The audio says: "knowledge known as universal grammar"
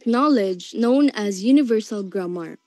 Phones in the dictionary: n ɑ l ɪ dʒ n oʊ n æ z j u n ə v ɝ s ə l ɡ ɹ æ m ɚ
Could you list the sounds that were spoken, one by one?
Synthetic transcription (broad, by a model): n ɑ l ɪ dʒ n oʊ n æ z j u n ə v ɝ s ə l ɡ ɹ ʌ m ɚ